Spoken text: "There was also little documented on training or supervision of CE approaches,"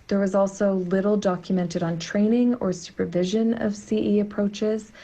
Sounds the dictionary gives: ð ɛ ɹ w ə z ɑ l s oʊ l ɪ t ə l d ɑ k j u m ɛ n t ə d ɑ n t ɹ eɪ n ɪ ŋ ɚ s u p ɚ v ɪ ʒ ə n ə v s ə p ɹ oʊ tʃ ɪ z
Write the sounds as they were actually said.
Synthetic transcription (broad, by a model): ð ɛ ɹ w ə z ɑ l s oʊ l ɪ t l d ɑ k j u m ɛ n t ə d n t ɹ eɪ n ɪ ŋ ɚ s u p ɚ v ɪ ʒ ə n ə v s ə p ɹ oʊ tʃ ɪ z